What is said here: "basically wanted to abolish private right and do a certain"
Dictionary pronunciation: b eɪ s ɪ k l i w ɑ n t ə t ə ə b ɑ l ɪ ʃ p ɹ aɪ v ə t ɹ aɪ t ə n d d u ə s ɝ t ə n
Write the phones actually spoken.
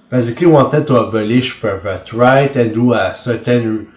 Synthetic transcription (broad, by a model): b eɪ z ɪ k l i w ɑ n t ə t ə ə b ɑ l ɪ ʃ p aɪ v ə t ɹ aɪ t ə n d d u ə s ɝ t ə n